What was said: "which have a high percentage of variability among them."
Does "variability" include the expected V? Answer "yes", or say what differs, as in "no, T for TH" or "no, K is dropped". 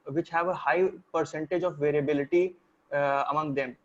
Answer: yes